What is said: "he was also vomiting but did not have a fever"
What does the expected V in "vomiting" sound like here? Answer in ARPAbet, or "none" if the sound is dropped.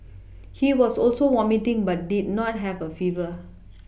W